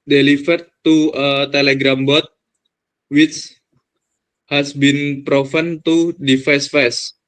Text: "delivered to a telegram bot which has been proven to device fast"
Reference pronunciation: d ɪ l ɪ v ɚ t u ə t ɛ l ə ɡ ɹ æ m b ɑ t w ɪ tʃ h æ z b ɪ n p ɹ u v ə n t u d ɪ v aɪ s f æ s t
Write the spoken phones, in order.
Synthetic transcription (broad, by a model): d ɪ l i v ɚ t u ə t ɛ l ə ɡ ɹ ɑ m b ɑ t w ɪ tʃ h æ s b ɪ n p ɹ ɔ f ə n t u d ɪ f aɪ s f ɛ s